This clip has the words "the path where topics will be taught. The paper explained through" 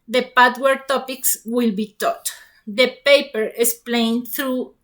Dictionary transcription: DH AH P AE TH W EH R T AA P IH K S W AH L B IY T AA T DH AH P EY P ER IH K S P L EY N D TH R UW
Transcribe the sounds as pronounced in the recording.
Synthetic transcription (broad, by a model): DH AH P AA T W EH R T AA P IH K S W AH L B IY T AA T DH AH P EY P ER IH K S P L EY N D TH R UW